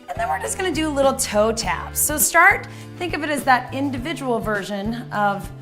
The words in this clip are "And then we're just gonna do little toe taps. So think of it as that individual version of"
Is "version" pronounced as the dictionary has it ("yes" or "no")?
yes